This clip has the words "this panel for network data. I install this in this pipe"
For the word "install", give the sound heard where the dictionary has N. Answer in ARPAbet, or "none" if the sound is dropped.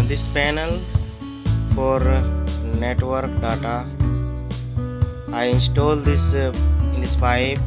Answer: N